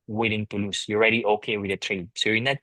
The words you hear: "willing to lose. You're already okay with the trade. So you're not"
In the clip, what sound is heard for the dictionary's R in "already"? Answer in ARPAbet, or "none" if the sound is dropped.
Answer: R